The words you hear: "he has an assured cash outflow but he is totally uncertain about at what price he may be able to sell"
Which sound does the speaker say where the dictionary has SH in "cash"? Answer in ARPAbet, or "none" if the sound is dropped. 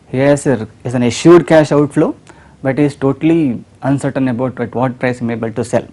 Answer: SH